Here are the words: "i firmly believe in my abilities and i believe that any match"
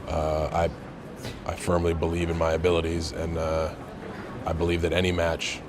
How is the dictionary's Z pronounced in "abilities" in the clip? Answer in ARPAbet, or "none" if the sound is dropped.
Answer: Z